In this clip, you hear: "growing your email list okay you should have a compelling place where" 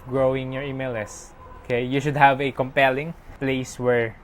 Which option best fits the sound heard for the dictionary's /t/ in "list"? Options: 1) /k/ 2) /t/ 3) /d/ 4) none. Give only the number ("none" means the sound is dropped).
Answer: 4